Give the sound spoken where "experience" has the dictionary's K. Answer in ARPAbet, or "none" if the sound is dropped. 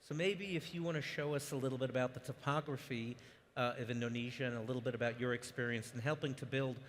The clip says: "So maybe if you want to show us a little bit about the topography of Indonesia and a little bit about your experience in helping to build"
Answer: K